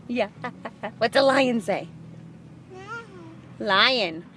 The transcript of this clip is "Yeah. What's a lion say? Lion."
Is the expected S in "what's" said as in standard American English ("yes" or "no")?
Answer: no